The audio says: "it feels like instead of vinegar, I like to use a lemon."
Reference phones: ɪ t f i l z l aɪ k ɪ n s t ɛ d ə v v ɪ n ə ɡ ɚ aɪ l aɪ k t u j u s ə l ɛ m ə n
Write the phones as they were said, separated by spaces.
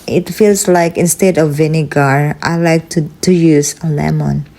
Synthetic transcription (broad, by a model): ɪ t f i l s l aɪ k ɪ n s t ɛ d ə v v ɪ n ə ɡ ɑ aɪ l aɪ k t u j u s ə l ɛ m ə n